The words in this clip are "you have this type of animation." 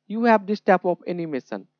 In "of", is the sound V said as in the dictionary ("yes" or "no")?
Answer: no